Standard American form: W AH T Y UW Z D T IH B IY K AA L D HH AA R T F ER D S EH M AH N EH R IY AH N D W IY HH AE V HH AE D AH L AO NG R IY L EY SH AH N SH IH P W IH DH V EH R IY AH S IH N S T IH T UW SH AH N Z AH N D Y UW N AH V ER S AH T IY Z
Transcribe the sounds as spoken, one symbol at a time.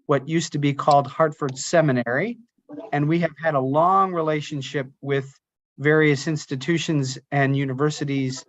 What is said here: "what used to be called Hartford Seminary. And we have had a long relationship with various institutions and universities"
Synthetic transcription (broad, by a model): W AH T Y UW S T IH B IY K AA L D HH AA R T F ER D S EH M AH N EH R IY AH N W IY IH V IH D AH L AO NG R IY L EY SH AH N SH IH P W IH DH V EH R IY AH S IH N S T IH T UW SH AH N Z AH N Y UW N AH V ER S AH T IY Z